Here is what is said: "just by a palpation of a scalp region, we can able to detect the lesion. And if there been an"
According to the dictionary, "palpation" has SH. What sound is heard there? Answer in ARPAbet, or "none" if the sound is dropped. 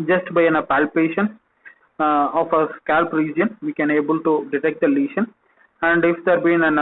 SH